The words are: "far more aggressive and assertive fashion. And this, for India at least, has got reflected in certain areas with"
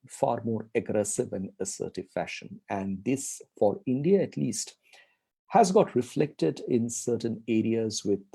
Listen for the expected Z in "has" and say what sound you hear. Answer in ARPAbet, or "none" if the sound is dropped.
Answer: Z